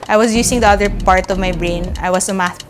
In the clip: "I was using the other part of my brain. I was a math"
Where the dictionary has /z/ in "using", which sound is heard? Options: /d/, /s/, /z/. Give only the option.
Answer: /s/